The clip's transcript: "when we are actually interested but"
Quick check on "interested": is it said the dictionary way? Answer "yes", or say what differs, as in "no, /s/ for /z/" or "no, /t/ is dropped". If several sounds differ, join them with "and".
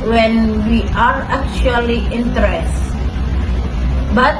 no, /ɹ/ is dropped and /s/ is dropped